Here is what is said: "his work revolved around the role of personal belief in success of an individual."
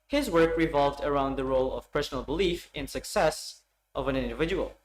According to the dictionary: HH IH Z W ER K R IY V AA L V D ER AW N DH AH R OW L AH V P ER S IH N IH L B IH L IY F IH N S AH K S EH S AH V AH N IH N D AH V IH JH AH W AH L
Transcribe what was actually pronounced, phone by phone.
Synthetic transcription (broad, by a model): HH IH Z W ER K R IY V AA L V D ER AW N DH AH R OW L AH V P ER S N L B IH L IY F IH N S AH K S EH S AH V AH N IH N D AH V IH JH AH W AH L